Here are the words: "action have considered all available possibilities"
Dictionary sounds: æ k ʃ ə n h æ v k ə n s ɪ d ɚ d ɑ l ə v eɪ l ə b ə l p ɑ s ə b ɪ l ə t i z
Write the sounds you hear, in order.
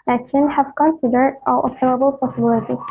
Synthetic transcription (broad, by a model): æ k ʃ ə n h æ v k ə n s ɪ d ɚ d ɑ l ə eɪ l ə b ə l p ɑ s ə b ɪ l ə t i